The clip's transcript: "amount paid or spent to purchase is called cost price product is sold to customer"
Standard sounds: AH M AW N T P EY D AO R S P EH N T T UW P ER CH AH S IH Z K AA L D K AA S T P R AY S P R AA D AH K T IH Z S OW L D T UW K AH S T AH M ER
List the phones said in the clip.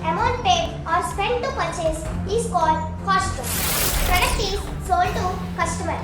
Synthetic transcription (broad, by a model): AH M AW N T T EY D AO R S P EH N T T UW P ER CH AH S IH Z K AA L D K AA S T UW P R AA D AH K T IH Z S OW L T UW K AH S T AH M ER